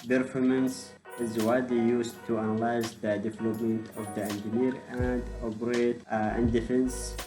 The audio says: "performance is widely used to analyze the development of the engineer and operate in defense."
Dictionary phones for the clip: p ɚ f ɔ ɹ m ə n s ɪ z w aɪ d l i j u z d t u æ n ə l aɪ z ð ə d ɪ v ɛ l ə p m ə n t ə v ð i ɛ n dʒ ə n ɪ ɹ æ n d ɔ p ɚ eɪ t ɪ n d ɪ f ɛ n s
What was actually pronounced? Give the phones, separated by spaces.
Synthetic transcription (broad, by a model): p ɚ f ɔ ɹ m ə n s ɪ z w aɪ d i j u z t u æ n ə l aɪ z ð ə d ɪ v ɛ l ə p m ə n t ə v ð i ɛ n dʒ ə n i ɹ æ n d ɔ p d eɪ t ɪ n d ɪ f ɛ n s